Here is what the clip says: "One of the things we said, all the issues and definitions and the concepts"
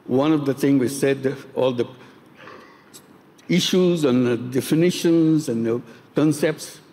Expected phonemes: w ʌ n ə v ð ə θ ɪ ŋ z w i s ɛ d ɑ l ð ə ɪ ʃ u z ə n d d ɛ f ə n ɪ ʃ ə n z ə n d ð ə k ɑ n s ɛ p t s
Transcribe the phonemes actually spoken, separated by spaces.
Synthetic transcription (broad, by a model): w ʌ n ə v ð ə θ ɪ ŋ w i s ɛ d ɑ l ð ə ɪ ʃ u z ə n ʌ d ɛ f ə n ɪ ʃ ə n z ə n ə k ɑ n s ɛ p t s